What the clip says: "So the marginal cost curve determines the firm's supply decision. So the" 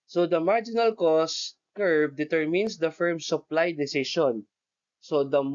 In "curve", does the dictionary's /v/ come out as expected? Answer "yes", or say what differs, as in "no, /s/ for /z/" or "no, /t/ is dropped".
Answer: no, /b/ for /v/